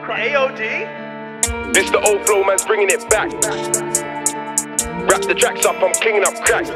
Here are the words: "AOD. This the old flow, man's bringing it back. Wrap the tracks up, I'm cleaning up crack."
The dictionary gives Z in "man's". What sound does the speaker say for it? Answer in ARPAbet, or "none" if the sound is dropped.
Z